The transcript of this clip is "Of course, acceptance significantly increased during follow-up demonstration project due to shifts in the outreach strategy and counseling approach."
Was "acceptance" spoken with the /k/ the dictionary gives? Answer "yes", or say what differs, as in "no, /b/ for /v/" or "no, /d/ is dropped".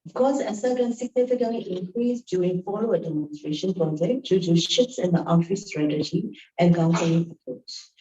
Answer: no, /k/ is dropped